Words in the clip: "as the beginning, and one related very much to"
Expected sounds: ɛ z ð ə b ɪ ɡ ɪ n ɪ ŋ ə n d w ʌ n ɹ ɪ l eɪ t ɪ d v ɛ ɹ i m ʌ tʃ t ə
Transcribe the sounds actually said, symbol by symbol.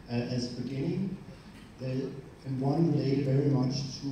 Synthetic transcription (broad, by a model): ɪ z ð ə b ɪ ɡ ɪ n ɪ ŋ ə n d w ʌ n w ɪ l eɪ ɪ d v ɛ ɹ i m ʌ tʃ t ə